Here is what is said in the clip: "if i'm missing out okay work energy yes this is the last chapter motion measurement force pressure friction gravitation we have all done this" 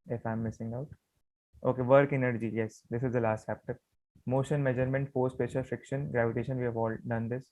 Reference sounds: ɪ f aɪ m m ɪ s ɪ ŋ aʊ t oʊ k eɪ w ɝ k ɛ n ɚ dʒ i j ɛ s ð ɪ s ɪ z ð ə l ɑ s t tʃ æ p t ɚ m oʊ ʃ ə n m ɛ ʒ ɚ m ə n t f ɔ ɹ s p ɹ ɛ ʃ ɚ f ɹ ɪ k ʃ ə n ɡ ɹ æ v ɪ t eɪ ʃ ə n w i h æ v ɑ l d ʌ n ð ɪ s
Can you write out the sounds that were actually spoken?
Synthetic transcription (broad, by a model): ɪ f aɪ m m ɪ s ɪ ŋ aʊ t oʊ k eɪ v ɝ k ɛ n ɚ dʒ i j ɛ s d ɪ s ɪ z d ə l ɑ s t tʃ æ p t ɚ m oʊ ʃ ə n m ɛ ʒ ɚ m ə n t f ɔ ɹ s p ɛ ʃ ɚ f ɹ ɪ k ʃ ə n ɡ ɹ æ v ɪ t eɪ ʃ ə n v i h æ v ɑ l d ʌ n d ɪ s